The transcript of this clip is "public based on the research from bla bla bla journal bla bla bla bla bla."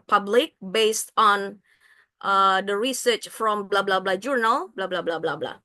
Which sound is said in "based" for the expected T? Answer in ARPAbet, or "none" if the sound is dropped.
T